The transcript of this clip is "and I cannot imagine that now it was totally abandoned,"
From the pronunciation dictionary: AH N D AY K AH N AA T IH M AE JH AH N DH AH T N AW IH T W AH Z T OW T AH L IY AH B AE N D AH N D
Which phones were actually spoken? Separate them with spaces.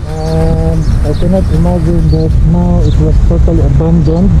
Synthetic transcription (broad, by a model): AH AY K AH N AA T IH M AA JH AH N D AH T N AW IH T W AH S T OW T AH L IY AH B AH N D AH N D